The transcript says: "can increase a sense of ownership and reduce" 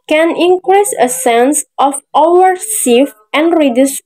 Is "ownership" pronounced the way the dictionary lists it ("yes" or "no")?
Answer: no